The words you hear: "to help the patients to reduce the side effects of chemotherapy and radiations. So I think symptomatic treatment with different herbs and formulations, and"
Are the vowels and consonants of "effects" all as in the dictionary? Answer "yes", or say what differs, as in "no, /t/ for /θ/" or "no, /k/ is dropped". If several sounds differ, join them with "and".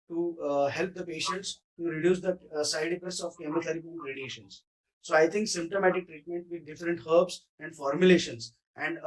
no, /k/ is dropped